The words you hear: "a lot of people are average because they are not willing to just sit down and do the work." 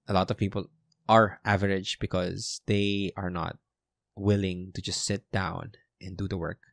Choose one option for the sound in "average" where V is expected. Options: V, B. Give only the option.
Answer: V